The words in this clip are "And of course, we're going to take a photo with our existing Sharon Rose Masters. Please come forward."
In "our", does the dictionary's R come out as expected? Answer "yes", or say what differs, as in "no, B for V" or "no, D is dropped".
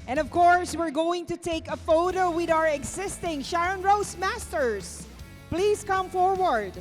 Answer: yes